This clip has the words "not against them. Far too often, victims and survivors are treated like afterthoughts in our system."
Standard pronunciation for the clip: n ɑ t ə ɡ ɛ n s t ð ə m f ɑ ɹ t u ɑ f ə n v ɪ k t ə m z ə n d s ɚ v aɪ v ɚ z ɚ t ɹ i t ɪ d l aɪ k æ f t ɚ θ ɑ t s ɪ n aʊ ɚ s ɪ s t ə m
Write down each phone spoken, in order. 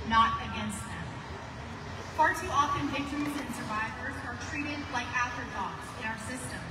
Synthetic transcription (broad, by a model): n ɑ t ə ɡ ɛ n s t ð ə m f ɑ ɹ t u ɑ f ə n v ɪ k t ə m z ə n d s ɚ v aɪ v ɚ z ɚ t ɹ i t ɪ d l aɪ k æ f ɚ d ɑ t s ɪ n aʊ ɚ s ɪ s t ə m